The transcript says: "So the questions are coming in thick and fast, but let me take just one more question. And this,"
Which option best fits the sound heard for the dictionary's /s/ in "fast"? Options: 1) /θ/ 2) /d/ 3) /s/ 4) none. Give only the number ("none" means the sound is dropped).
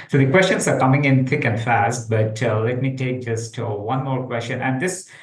3